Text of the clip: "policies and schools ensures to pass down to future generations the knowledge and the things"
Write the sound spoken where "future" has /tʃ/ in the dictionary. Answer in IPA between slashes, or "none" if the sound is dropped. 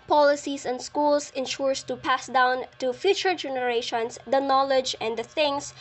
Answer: /tʃ/